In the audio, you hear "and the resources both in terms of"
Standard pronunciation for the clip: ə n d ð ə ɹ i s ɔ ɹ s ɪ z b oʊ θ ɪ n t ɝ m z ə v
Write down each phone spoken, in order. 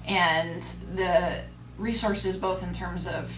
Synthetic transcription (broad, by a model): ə n ð ə ɹ i s ɔ ɹ s ɪ z b oʊ θ ɪ n t ɝ m z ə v